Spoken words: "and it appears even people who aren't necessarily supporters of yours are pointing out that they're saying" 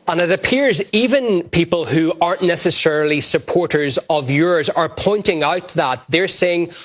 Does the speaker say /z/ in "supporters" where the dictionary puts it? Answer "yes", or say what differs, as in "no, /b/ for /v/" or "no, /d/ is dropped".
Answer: yes